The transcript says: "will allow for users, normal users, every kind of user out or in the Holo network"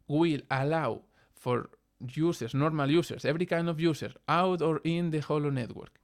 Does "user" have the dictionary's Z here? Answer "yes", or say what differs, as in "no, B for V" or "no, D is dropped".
no, S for Z